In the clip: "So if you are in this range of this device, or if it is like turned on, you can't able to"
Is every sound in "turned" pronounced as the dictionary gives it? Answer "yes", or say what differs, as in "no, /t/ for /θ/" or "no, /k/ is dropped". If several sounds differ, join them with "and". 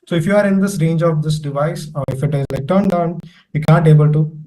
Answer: yes